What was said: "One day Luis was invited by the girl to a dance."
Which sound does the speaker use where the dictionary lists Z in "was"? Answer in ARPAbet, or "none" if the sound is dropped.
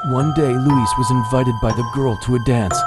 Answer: Z